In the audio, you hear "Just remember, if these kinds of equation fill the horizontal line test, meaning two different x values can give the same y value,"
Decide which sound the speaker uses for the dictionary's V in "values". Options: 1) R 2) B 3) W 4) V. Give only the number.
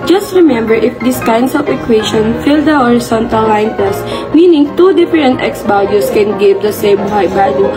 2